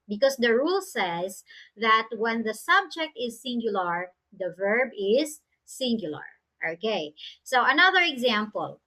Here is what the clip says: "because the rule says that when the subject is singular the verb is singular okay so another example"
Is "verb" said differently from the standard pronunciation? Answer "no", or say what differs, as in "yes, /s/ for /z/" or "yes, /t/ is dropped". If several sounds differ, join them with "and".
no